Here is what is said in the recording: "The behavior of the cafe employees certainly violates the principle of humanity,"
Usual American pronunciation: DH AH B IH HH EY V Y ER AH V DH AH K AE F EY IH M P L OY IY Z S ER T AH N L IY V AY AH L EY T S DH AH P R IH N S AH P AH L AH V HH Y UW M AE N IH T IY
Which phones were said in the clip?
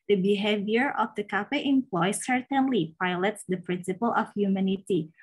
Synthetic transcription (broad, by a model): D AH B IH HH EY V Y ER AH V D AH K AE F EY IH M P L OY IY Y S ER T AH N L IY P AY L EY T S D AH P R IH N S AH P AH L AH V HH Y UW M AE N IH T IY